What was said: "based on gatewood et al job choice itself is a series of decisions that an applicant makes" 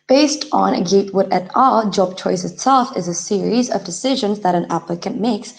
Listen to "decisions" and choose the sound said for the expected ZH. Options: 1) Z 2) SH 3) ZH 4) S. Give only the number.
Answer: 3